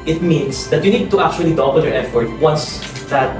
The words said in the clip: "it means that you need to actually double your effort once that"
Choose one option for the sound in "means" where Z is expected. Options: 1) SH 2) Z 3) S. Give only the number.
3